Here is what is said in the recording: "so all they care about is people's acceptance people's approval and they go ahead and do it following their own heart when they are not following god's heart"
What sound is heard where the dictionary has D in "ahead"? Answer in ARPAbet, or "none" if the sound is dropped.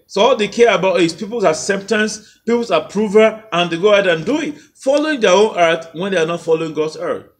none